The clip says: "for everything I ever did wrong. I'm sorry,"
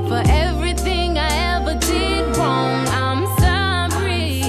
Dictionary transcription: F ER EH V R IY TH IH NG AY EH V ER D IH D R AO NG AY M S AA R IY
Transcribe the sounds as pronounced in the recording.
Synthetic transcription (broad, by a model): F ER EH V R IY TH IH NG AY EH V ER D IH D W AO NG AY M S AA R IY